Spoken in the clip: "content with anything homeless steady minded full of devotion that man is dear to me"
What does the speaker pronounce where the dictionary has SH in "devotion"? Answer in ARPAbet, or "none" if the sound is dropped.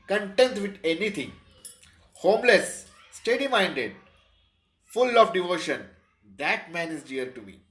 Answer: SH